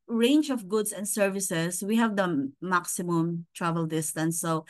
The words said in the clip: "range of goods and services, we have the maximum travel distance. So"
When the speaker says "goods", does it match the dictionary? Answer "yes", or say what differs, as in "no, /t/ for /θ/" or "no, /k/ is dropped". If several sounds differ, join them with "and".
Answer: no, /s/ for /z/